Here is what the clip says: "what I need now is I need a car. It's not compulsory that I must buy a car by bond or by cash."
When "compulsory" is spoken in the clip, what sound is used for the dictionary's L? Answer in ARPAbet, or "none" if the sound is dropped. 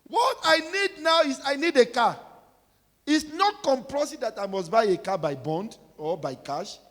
none